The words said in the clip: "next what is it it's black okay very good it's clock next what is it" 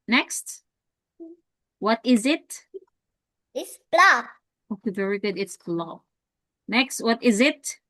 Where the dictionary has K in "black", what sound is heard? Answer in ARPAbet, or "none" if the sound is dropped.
none